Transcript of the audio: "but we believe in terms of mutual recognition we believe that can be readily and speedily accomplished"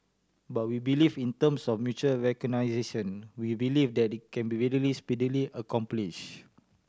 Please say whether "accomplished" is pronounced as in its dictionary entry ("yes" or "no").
no